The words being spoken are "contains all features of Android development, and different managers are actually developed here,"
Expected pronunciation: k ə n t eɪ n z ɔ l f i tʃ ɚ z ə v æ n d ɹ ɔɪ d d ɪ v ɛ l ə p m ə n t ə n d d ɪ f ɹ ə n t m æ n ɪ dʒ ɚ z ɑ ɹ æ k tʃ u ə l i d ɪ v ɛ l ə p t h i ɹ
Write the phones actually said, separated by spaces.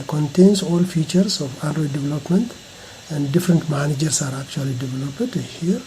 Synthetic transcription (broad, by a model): k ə n t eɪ n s ɔ l f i tʃ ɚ s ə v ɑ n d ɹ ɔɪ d d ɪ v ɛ l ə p m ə n t ə n d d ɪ f ɹ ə n t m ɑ n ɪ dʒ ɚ s ɑ ɹ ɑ k tʃ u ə l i d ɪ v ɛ l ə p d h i ɹ